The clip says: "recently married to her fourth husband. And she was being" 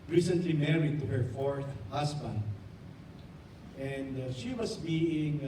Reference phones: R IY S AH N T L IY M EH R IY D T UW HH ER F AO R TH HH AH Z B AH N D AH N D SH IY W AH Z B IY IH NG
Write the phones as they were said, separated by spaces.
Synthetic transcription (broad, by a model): R IY S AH N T L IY M EH R IY D T UW HH ER F AO R TH HH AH S B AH N D AH N D SH IY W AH S B IY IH NG